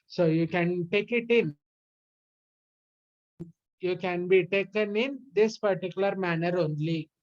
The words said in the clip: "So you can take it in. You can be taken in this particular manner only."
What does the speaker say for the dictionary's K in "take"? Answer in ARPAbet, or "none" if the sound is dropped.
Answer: K